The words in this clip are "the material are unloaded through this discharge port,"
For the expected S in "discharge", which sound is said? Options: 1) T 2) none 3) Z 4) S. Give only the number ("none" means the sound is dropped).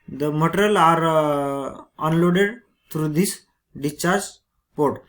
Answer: 2